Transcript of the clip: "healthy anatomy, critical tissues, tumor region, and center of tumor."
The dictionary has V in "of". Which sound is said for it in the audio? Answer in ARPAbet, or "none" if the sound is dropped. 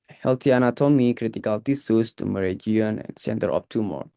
P